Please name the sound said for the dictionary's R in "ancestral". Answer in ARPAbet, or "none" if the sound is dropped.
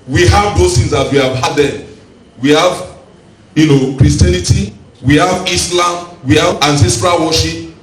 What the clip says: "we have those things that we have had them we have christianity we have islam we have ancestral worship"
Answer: R